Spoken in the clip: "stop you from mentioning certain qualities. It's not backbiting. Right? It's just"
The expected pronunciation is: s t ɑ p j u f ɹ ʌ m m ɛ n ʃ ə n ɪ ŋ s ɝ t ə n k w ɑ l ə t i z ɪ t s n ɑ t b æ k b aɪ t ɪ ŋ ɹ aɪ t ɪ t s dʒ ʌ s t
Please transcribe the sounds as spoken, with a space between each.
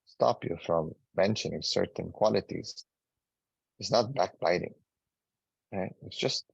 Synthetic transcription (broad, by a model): s t ɑ p j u f ɹ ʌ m m ɛ n ʃ ə n ɪ ŋ s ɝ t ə n k w ɑ l ə t i z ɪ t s n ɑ t b æ k b aɪ t ɪ ŋ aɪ ɪ t s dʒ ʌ s t